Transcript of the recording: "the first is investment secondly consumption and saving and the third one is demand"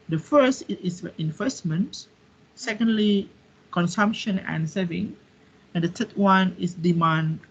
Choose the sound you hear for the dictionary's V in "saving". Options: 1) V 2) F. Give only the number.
1